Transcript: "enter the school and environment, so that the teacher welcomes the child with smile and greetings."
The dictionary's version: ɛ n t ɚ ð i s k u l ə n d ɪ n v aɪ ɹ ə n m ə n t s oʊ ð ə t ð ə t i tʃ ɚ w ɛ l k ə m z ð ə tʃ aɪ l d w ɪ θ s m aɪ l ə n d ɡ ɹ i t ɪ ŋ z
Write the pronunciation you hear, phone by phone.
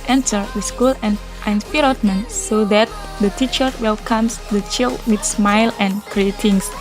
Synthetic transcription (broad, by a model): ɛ n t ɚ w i s k u l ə n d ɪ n p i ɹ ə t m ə n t s oʊ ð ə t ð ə t i tʃ ɚ w ɛ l k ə m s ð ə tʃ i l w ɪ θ s m aɪ l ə n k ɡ ɹ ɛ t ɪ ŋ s